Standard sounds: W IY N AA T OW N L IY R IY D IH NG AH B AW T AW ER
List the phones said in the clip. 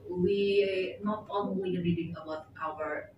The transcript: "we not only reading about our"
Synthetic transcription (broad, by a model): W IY N AA T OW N N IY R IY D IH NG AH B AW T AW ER